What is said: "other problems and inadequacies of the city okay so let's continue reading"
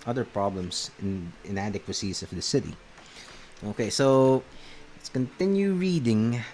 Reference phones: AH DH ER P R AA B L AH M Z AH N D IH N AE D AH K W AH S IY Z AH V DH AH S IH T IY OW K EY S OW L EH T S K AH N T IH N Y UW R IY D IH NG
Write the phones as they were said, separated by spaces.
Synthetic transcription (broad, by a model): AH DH ER P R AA B L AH M S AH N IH N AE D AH K W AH S IY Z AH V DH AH S IH T IY OW K EY S OW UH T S K AH N T IH N Y UW R IY D IH NG